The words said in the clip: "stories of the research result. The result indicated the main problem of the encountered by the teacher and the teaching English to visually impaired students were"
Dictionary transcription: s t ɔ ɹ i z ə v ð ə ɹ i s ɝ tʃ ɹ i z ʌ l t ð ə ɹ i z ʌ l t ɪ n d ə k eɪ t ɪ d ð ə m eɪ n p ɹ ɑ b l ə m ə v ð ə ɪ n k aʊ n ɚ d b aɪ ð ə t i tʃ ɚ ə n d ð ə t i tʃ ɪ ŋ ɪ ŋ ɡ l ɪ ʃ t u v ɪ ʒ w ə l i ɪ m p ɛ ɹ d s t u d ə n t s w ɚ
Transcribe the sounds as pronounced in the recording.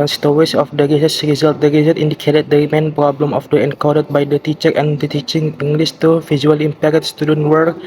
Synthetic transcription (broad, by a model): s t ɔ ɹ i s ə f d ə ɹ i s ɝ s ɹ i z ʌ l t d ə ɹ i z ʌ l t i n d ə k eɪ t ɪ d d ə m eɪ n p ɹ ɑ b l ə m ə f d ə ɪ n k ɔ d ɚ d b aɪ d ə t i tʃ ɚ ə n d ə t i tʃ ɪ ŋ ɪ ŋ ɡ l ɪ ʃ t u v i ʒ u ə l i m p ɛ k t s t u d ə n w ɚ